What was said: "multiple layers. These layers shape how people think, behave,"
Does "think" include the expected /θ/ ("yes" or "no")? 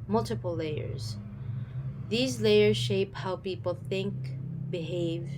yes